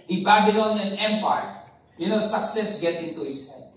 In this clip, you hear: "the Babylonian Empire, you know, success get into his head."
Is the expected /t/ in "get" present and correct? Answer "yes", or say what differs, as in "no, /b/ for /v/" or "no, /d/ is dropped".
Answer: yes